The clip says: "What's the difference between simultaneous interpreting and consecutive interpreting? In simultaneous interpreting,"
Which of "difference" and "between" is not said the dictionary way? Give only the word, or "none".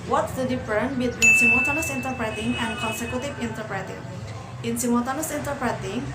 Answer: difference